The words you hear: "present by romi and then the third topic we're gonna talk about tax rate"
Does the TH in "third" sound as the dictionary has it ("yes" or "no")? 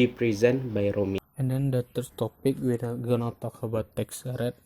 no